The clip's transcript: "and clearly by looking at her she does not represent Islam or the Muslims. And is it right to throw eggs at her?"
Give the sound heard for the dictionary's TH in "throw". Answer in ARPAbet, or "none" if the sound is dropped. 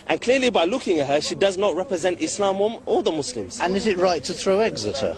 TH